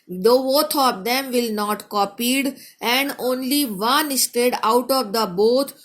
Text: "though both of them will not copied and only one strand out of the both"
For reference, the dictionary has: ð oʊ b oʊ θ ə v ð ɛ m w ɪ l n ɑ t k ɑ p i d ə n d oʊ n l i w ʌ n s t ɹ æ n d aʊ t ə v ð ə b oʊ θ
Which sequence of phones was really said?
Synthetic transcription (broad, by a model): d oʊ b oʊ t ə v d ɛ m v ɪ l n ɑ t k ɑ p i d ə n d oʊ n l i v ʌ n s t ɛ d aʊ t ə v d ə b oʊ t